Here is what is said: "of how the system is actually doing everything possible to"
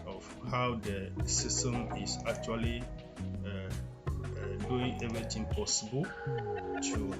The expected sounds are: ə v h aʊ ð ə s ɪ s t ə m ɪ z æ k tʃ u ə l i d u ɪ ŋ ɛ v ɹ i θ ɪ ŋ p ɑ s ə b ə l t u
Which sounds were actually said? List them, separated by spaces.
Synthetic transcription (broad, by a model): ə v h aʊ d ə s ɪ s t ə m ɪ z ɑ k tʃ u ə l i d u ɪ ŋ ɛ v ɹ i t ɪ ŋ p ɑ s ə b ə l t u